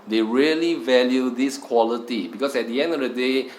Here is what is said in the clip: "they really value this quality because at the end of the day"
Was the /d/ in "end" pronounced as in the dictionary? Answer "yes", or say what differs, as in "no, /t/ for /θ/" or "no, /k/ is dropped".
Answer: yes